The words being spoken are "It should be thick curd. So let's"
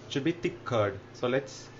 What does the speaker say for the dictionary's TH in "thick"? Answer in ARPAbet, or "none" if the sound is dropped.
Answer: T